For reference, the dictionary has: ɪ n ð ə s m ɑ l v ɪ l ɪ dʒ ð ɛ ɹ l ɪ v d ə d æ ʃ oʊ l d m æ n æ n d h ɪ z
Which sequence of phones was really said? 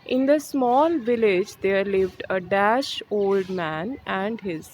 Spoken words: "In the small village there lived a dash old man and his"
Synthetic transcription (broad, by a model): ɪ n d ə s m ɑ l v ɪ l ɪ dʒ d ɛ ɹ l ɪ v d ə d æ ʃ oʊ l d m æ n æ n d h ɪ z